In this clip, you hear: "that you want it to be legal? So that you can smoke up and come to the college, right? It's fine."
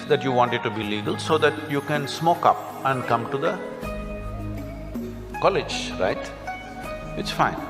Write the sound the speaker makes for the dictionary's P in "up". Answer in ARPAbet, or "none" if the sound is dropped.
P